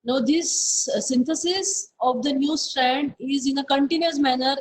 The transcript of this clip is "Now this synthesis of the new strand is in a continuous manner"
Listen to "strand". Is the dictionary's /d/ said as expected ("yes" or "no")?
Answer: yes